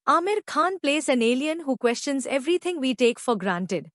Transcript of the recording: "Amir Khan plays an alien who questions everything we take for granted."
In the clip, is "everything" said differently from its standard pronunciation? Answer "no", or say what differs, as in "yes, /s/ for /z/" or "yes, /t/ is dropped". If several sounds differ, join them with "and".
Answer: yes, /t/ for /θ/